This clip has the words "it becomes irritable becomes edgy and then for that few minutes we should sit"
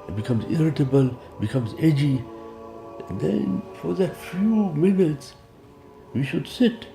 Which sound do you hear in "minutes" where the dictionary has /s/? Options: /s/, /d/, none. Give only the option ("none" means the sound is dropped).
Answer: /s/